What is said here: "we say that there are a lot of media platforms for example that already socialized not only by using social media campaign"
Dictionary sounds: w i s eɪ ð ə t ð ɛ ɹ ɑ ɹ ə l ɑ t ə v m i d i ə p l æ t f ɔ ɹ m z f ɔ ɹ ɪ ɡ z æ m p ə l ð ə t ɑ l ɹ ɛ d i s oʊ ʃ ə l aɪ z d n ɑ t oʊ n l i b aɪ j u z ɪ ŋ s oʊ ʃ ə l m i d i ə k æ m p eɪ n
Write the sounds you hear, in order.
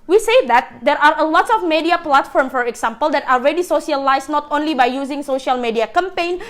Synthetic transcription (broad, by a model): w i s eɪ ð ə t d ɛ ɹ ɑ ɹ ə l ɑ t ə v m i d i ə p l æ t f ɔ ɹ m f ɔ ɹ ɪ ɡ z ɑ m p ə l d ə t ɑ l ɹ ɛ d i s oʊ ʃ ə l aɪ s n ɑ t oʊ n l i b aɪ j u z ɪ ŋ s oʊ ʃ ə l m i d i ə k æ m p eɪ n